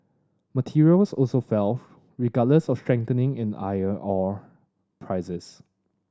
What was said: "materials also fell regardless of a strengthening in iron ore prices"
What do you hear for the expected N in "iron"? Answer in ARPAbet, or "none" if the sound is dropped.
none